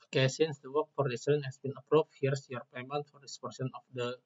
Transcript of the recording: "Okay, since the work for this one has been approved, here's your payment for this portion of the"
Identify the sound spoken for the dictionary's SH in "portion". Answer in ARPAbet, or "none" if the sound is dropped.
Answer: S